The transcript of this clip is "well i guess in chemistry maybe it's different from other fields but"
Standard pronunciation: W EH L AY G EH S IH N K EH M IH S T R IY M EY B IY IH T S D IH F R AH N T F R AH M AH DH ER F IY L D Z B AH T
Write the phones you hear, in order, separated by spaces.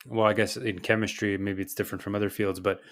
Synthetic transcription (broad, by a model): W EH L AY G EH S IH N K EH M IH S T R IY M EY B IY IH T S D IH F R AH N T F R AH M AH DH ER F IY L D Z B AH T